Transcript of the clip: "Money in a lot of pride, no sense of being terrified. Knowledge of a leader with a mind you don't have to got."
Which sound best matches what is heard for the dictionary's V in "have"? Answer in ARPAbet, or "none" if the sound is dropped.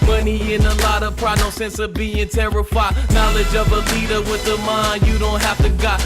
F